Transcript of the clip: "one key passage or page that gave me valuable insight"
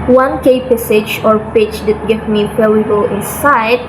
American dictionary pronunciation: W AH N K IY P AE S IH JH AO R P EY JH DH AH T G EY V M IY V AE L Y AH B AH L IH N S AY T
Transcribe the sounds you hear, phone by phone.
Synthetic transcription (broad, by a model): W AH N K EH P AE S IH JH AO R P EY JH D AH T G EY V M IY P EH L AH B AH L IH N S AY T